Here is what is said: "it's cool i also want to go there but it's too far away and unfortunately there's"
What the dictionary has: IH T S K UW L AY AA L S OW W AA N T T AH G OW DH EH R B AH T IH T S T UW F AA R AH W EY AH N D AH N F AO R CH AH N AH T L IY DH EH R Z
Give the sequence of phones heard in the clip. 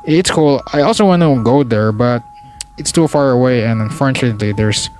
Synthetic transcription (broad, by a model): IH T S K UW L AY AA L S OW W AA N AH G OW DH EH R B AH T IH T S T UW F AA R AH W EY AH N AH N F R AH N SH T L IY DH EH R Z